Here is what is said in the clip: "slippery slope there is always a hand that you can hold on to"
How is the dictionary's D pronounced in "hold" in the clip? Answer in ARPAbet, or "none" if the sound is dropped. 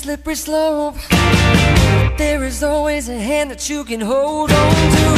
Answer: D